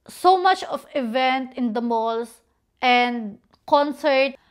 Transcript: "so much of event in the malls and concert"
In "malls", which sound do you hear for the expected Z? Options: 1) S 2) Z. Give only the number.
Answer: 1